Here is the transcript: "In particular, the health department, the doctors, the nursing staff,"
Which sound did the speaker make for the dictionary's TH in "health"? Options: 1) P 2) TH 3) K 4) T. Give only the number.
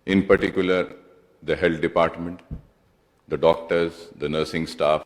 4